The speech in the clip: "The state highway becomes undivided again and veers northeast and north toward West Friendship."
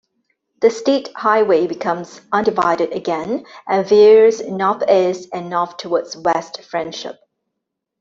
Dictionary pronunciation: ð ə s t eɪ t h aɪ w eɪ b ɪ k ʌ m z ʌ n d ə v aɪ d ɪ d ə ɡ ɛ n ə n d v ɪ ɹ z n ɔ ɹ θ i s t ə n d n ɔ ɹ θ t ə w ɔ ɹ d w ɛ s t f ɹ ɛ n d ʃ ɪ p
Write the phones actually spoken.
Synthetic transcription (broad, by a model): ð ə s t eɪ t h aɪ w eɪ b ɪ k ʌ m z ʌ n d ə v aɪ d ɪ d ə ɡ ɛ n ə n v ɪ ɹ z n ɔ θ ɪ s ə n n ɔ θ t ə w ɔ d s w ɛ s t f ɹ ɛ n d ʃ ɪ p